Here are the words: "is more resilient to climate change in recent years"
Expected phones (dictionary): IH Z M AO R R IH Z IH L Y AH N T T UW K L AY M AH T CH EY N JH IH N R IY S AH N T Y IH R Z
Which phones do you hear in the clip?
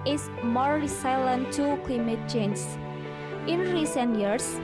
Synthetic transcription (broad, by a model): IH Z M AO R L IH S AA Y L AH N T T UW K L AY M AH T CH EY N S IH N R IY S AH N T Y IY R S